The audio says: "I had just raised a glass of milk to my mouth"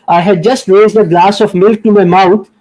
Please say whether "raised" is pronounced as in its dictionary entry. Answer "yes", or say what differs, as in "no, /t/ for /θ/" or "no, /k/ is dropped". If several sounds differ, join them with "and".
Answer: yes